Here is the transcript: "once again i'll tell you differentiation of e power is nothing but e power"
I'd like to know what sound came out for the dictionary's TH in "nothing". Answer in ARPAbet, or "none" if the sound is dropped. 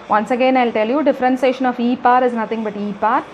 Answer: T